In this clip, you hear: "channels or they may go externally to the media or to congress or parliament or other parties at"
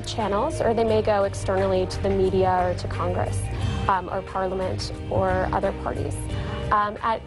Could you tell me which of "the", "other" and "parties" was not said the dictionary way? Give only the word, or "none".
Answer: none